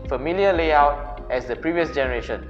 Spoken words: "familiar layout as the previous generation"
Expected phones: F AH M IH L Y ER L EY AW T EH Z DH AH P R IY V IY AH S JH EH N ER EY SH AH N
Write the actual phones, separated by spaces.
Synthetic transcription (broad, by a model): F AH M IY L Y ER L EY AW T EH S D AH P R IY V IY AH S JH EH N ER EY SH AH N